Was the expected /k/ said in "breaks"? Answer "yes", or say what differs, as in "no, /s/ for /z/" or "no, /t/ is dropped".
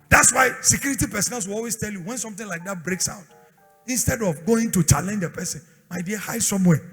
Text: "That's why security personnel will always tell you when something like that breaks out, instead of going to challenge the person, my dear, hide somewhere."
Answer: yes